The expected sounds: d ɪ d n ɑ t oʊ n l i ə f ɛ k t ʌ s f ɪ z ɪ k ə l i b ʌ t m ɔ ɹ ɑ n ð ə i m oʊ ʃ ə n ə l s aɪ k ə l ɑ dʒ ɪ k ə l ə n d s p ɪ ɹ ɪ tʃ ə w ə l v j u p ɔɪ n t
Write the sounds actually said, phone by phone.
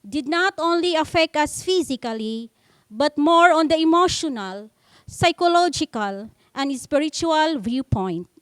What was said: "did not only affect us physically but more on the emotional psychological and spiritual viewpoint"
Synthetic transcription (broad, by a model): d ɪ d n ɑ t oʊ n l i ə f ɛ k t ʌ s f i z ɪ k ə l i b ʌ t m ɔ ɹ ɑ n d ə i m oʊ ʃ ə n ə l s aɪ k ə l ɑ dʒ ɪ k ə l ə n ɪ s p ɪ ɹ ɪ tʃ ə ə l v j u p ɔɪ n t